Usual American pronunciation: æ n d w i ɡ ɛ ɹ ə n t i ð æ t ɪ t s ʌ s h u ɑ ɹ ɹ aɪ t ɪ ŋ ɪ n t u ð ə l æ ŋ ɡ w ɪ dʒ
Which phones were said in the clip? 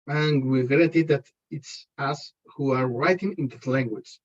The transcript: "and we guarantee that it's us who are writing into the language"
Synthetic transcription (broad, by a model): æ n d w i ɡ ɹ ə t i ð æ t ɪ t s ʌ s h u ɑ ɹ ɹ aɪ t ɪ ŋ ɪ n t u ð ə l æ ŋ ɡ w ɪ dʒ